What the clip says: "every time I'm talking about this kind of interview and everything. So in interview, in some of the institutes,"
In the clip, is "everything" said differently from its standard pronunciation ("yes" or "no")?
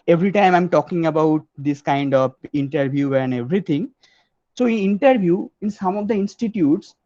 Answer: yes